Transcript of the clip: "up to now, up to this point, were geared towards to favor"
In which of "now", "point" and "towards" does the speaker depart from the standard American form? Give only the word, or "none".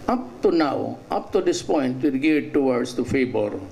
towards